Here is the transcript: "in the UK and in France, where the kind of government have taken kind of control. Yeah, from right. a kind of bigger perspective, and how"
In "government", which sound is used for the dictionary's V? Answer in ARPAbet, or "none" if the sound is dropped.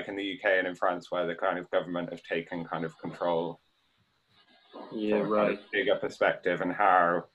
V